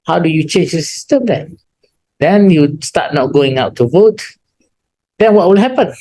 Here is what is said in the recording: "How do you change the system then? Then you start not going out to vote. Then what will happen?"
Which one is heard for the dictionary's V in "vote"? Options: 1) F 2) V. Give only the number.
2